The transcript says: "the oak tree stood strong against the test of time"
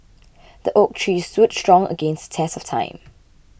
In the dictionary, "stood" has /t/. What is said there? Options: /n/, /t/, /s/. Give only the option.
/s/